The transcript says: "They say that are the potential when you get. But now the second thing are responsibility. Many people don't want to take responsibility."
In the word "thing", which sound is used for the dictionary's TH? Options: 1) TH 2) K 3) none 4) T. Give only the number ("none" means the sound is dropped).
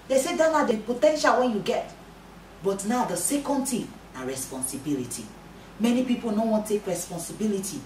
4